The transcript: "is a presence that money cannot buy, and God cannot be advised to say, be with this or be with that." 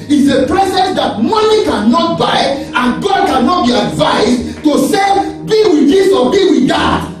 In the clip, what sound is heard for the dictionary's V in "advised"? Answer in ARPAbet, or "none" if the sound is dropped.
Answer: V